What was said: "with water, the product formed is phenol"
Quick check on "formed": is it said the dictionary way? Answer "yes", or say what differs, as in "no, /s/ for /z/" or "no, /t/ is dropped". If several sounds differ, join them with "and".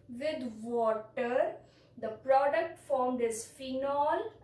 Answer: yes